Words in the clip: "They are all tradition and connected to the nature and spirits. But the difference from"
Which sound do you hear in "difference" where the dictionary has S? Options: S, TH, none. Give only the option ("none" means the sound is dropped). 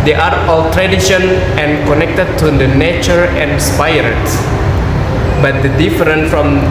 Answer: none